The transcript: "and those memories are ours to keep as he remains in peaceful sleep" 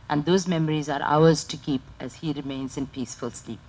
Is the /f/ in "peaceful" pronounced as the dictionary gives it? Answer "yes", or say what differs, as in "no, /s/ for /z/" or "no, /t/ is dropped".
yes